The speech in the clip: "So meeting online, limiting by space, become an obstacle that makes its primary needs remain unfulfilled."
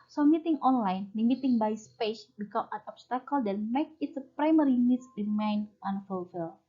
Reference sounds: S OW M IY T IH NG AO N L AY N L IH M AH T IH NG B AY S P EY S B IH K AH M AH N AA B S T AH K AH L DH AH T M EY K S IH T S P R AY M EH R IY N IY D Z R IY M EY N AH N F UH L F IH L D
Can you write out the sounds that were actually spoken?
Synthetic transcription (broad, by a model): S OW M IY T IH NG AO N L AY N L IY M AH T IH NG B AY S P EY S B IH K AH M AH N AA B S T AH K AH L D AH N M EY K IH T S P R AY M EH R IY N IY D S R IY M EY N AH N F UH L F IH L